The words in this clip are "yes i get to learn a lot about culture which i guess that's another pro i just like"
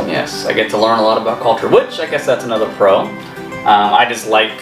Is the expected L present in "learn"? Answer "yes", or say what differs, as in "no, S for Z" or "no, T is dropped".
yes